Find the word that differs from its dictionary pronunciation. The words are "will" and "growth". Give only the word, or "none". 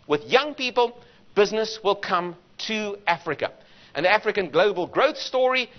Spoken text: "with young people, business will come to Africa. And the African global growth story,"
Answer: none